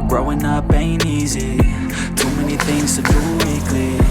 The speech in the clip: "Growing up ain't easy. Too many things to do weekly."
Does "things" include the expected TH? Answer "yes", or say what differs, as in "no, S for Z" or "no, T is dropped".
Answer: yes